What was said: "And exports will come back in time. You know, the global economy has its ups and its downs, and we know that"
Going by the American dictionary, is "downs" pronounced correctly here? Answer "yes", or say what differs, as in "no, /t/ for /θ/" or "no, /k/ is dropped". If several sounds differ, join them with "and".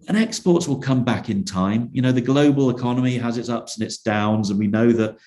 yes